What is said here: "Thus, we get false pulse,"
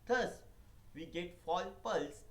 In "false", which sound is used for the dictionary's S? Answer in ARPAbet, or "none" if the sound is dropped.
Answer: none